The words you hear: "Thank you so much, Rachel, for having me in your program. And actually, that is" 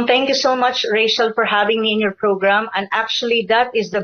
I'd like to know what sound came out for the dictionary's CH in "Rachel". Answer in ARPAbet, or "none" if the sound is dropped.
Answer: SH